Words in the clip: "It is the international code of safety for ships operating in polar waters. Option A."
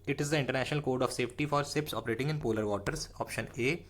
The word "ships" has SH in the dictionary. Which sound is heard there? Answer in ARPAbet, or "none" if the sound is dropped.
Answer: S